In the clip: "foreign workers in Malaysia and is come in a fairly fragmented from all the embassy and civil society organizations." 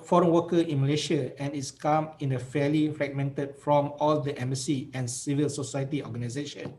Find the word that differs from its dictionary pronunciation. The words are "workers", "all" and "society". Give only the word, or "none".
workers